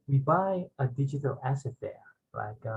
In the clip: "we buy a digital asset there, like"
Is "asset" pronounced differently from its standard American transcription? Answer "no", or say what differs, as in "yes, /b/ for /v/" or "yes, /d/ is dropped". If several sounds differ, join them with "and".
no